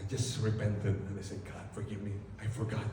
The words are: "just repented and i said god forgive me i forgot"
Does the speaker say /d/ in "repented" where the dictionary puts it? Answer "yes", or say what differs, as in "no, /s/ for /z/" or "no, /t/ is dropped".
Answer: no, /d/ is dropped